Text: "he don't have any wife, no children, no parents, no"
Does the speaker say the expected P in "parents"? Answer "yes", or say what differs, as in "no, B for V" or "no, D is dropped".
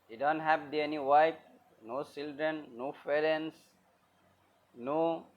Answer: no, F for P